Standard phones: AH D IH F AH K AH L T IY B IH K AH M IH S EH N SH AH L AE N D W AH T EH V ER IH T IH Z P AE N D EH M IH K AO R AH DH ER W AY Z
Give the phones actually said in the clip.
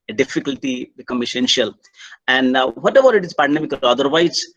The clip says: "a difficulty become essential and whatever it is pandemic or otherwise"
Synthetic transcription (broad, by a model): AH D IH F AH K AH L T IY B IH K AH M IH S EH N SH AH L AE N D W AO T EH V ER IH T IH Z P AE N D EH M IH K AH L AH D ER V AY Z